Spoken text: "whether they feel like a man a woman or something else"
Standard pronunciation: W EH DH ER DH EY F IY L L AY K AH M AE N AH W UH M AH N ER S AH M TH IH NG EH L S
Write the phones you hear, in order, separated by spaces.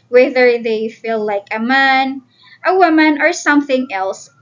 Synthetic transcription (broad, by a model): W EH DH ER DH EY F IY L L AY K AH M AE N AH W UH M AH N ER S AH M TH IH NG EH L S